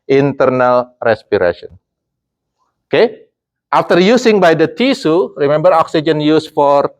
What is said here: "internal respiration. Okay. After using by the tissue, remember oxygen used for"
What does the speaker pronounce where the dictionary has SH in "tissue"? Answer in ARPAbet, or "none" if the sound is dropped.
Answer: S